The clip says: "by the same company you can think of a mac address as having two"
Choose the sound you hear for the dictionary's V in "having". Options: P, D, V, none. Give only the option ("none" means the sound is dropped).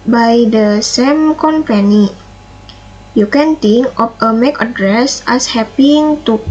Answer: P